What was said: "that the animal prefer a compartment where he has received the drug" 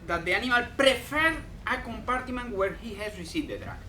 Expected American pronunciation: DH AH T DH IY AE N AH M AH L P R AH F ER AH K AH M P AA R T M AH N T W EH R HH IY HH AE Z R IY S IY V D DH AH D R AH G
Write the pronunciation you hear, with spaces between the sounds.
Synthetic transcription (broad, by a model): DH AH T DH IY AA N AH M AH L P R AH F ER AH K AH M P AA R T M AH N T W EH R HH IY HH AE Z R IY S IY D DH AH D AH